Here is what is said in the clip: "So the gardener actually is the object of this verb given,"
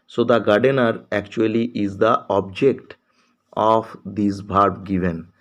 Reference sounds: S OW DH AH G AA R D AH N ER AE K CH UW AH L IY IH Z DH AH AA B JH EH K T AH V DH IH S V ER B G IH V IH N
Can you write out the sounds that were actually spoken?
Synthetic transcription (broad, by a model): S OW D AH G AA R D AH N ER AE K CH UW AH L IY IH Z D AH AA B JH EH K T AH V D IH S B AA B G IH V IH N